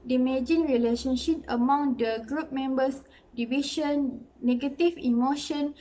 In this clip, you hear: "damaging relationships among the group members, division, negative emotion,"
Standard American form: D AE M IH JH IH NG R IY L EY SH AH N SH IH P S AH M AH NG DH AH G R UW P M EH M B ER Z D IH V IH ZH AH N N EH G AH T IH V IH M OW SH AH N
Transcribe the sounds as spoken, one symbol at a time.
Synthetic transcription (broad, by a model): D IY M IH JH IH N R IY L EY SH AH N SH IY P AH M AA NG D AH G R UW P M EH M B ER S D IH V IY SH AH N N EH G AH T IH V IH M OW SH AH N